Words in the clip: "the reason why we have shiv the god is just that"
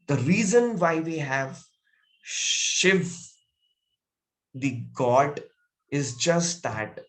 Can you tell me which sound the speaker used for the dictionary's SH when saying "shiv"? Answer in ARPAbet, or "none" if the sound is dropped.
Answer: SH